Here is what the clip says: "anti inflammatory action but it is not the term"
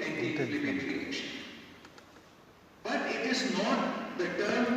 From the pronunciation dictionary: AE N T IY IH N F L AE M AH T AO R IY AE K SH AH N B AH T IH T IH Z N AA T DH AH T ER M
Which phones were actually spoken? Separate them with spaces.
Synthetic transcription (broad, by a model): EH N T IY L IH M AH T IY L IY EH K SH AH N B AH T IH T IH Z N AA T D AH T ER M